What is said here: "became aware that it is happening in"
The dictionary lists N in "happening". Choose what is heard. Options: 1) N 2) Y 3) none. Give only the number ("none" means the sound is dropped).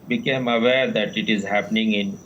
1